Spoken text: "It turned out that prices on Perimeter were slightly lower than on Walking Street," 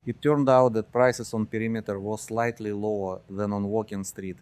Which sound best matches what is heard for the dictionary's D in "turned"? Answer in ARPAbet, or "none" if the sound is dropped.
D